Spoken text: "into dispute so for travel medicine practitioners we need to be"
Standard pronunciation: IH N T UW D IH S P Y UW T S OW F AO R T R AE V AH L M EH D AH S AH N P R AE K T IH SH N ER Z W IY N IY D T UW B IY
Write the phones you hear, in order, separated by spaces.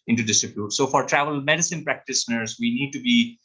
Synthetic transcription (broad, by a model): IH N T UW D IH S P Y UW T S OW F AO R T R AE V AH L M EH D AH S AH N P R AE K T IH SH N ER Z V IY N IY D T UW B IY